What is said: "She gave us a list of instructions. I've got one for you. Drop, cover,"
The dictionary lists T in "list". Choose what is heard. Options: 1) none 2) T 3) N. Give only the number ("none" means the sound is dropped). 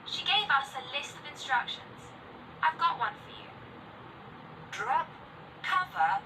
2